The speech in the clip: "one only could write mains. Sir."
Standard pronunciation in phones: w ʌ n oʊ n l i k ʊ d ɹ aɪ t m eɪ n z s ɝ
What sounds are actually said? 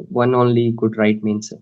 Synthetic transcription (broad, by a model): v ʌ n oʊ n l i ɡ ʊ d ɹ aɪ t m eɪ n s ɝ